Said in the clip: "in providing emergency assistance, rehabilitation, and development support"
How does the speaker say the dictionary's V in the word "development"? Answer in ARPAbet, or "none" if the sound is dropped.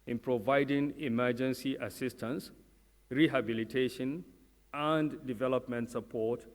V